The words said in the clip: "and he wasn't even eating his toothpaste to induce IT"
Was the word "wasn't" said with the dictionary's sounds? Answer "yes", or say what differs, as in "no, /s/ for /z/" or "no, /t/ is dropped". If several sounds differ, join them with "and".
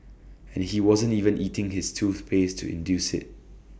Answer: yes